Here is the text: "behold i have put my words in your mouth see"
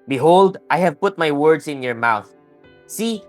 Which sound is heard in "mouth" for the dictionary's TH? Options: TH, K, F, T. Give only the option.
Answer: TH